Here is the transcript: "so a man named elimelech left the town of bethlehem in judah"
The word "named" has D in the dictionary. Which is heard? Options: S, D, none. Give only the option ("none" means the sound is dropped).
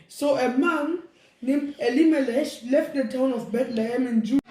none